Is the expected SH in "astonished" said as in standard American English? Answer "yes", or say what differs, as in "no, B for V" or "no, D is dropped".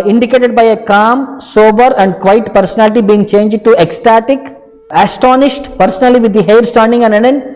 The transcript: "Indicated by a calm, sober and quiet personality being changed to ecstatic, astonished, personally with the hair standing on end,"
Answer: yes